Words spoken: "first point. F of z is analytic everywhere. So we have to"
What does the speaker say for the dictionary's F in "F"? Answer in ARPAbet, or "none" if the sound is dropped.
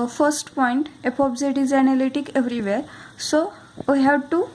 P